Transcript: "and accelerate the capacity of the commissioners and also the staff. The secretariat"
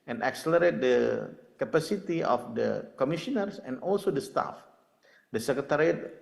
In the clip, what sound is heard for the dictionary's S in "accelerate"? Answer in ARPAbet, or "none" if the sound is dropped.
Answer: S